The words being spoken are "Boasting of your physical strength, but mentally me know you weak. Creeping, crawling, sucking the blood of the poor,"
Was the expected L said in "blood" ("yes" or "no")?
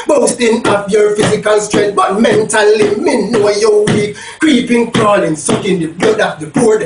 no